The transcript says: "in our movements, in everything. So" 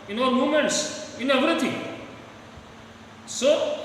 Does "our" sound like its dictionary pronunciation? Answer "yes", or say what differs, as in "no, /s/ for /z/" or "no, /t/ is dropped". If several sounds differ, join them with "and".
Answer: no, /l/ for /ɹ/